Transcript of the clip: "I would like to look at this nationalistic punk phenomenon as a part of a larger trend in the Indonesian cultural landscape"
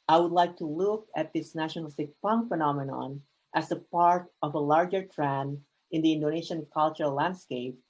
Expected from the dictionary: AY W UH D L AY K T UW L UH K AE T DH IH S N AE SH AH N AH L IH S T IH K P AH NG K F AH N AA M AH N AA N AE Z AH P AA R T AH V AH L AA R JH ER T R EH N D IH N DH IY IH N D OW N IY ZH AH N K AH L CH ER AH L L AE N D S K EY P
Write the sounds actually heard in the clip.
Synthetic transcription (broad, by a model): AY W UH D L AY K T UW L UH K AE T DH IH S N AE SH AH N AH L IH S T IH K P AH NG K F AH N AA M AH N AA N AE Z AH P AA R T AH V AH L AA R JH ER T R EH N IH N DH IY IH N D OW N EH SH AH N K AH L CH ER AH L L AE N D S K EY P